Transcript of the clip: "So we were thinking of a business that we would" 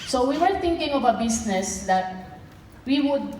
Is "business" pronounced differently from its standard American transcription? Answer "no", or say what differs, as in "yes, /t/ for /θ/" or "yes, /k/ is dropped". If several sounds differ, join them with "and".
yes, /s/ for /z/